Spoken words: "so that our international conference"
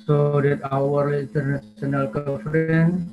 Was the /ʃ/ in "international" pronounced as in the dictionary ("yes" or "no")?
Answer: no